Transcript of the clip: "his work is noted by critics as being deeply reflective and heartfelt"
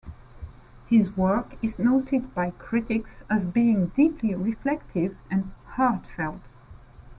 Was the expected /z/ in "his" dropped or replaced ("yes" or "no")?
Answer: no